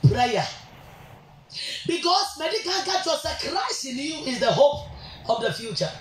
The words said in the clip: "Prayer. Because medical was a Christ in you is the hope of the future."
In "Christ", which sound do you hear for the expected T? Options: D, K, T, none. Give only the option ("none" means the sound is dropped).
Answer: none